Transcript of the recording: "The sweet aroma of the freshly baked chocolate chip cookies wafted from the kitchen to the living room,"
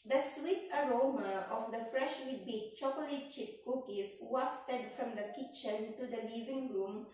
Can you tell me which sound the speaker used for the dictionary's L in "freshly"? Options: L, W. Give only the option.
W